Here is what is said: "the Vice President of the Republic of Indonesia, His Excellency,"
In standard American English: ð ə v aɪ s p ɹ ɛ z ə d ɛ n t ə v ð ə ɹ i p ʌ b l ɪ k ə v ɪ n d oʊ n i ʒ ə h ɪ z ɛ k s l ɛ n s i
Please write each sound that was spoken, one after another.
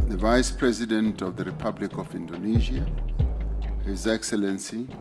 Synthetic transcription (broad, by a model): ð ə v aɪ s p ɹ ɛ z ə d ɛ n t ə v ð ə ɹ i p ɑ b l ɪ k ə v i n d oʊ n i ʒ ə h ɪ z ɛ k s l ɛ n s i